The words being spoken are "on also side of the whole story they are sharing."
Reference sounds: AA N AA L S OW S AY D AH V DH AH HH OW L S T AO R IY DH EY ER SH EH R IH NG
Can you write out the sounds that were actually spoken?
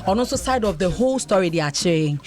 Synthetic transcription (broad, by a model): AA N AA S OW S AY D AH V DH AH HH OW L S T AO R IY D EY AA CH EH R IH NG